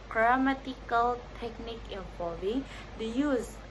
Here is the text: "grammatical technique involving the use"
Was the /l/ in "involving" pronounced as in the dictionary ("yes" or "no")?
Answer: no